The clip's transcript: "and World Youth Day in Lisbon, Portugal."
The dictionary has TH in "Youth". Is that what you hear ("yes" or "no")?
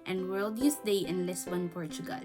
no